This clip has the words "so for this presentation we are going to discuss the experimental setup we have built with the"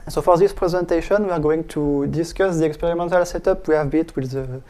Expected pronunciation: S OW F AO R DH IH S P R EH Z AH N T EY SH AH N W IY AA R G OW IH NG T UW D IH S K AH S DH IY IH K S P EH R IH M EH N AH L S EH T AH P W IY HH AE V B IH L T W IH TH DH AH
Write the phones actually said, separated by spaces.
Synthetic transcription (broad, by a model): S OW F AO R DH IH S P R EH Z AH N T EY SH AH N W IY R G OW IH NG T UW D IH S K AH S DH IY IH K S P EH R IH M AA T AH L S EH T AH P W IY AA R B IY T W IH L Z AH